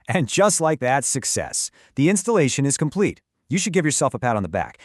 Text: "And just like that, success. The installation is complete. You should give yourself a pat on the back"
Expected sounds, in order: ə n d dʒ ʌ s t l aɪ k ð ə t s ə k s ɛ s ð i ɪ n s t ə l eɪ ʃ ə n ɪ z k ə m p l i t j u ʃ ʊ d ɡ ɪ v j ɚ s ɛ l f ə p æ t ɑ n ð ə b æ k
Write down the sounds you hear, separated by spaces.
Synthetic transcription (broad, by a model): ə n dʒ ʌ s t l aɪ k ð ə t s ə k s ɛ s ð i ɪ n s t ə l eɪ ʃ ə n ɪ z k ə m p l i t j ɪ ʃ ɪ d ɡ ɪ v j ɚ s ɛ l f ə p æ t n ð ə b æ k